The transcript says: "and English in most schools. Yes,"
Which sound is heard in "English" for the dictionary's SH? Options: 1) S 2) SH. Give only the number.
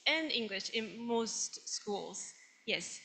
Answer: 2